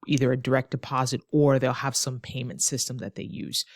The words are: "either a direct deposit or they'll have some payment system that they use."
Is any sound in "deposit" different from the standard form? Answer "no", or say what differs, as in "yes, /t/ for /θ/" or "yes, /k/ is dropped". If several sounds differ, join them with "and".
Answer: no